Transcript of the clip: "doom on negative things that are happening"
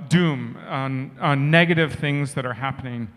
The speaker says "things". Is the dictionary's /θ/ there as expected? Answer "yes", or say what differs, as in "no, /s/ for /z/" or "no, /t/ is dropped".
yes